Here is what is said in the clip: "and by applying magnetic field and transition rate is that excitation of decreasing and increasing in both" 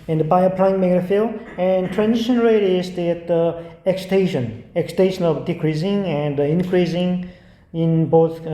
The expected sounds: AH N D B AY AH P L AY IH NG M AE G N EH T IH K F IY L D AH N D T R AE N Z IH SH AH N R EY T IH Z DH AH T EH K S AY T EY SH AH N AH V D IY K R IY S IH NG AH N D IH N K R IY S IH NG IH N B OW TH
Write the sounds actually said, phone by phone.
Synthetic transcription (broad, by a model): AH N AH B AY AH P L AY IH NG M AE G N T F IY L AH N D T R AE N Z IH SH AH N R EY T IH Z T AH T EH K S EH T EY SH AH N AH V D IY K R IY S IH NG AH N D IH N K R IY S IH NG IH N B OW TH